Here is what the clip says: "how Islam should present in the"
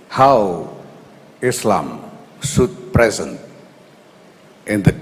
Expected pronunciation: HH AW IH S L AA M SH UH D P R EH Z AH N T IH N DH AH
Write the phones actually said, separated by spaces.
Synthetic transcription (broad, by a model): HH AW IH S L AA M S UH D P R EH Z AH N T IH N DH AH